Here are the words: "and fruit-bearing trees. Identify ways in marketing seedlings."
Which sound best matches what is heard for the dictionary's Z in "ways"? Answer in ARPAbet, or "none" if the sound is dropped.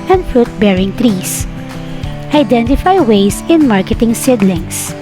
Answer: S